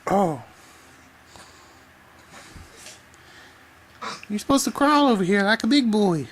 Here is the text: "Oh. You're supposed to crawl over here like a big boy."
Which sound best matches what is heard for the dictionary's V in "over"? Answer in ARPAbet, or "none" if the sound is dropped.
V